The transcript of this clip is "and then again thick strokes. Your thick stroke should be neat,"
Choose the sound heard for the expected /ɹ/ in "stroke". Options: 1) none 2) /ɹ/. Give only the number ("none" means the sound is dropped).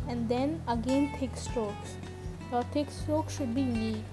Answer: 1